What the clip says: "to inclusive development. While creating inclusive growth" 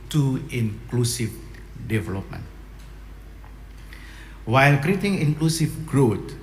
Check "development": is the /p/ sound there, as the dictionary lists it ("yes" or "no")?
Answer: yes